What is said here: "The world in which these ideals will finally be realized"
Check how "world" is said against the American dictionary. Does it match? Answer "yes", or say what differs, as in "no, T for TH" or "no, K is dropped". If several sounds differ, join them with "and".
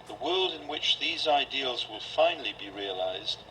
yes